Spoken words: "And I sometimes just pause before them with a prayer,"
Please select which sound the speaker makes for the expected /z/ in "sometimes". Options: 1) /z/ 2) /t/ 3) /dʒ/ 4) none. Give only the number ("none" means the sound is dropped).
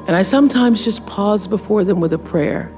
1